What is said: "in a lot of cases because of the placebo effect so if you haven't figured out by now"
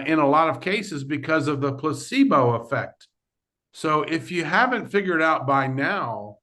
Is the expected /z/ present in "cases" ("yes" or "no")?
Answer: yes